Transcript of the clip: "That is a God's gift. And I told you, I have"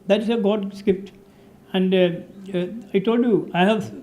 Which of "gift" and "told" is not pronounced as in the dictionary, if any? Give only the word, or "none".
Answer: gift